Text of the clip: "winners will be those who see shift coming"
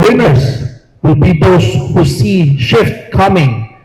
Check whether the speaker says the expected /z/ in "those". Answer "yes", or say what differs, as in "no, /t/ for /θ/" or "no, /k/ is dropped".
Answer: no, /s/ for /z/